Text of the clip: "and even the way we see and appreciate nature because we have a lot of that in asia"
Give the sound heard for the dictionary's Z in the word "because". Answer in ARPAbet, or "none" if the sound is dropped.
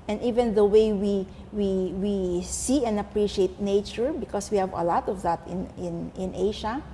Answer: S